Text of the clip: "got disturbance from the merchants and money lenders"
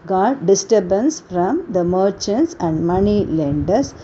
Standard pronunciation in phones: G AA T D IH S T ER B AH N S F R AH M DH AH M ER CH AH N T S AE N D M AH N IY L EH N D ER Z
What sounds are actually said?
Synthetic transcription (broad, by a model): G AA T D IH S T ER B AH N S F R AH M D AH M ER CH AH N T S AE N D M AH N IY L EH N D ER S